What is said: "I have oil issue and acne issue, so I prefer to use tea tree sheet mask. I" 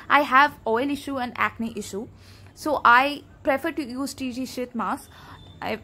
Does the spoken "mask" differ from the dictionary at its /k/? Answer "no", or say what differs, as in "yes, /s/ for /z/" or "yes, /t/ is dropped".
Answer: yes, /k/ is dropped